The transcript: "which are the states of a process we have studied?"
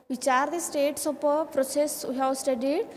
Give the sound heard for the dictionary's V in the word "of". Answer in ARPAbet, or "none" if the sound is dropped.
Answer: P